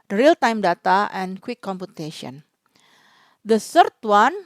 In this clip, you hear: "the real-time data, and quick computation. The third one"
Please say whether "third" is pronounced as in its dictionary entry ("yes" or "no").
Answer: no